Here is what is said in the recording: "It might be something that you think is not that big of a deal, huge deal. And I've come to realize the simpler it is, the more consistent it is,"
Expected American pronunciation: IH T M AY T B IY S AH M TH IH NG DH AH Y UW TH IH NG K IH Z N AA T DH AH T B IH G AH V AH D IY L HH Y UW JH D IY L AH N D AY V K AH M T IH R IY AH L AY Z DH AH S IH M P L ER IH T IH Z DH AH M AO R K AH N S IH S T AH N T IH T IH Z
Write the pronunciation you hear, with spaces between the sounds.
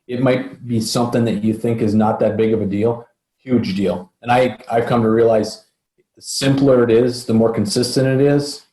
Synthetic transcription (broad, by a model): IH T M AY T B IY S AH M TH IH NG DH AH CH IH TH IH NG K IH Z N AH T DH AH T B IH G AH V AH D IY L HH Y UW JH D IY L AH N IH AY V K AH M T IH R IY AH L AY Z S IH M P L ER IH T IH Z DH AH M AO R K N S IH S T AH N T IH T IH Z